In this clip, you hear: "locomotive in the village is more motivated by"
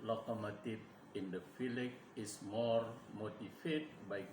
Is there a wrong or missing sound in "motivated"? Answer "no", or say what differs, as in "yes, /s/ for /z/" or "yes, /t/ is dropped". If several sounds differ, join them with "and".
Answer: yes, /f/ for /v/